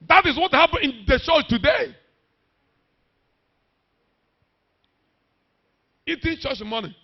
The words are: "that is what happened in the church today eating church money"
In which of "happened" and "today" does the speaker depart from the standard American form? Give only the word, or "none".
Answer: happened